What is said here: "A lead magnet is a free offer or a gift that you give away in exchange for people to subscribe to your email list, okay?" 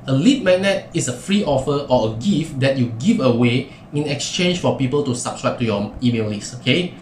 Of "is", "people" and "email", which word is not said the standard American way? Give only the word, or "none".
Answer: is